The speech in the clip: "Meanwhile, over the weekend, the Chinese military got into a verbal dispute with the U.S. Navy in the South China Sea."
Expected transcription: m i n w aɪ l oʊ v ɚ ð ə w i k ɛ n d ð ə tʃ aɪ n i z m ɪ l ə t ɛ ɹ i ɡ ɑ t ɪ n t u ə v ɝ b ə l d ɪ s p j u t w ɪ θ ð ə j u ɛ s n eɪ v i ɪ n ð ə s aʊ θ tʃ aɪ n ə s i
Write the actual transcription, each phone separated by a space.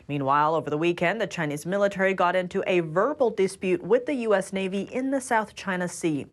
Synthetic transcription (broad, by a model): m i n w aɪ l oʊ v ɚ ð ə w i k ɛ n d ð ə tʃ aɪ n i z m ɪ l ə t ɛ ɹ i ɡ ɑ t ɪ n t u ə v ɝ b l d ɪ s p j u t w ɪ ð ə j u ɛ s n eɪ v i ɪ n ð ə s aʊ θ tʃ aɪ n ə s i